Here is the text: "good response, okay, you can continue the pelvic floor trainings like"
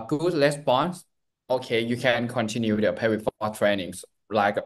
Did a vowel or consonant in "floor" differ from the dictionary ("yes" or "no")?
yes